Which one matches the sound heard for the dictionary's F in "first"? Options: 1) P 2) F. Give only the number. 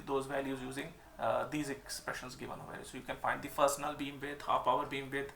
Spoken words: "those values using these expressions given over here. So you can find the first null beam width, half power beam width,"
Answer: 1